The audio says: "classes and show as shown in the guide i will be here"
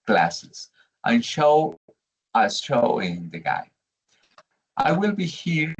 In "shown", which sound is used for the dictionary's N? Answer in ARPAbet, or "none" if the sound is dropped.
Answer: none